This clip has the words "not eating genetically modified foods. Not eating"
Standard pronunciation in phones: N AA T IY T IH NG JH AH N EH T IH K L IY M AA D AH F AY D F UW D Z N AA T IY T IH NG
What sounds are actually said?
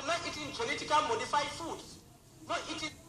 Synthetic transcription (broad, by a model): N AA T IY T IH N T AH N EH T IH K IY M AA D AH F AY F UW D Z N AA T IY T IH